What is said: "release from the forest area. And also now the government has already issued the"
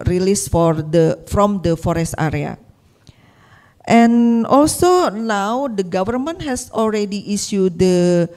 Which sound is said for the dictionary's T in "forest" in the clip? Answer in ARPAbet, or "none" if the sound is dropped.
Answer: T